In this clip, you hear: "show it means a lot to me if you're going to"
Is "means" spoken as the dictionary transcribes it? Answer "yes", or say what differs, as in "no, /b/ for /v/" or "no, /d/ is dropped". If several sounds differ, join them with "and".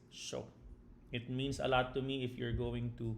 no, /s/ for /z/